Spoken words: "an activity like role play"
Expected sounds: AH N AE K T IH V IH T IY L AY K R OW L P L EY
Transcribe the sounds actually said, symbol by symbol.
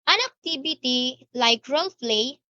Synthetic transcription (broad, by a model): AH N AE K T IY B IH T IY L AY K R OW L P L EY